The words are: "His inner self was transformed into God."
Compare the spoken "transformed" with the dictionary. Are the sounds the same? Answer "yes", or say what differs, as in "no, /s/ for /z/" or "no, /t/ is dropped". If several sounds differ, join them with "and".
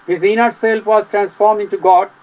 no, /d/ is dropped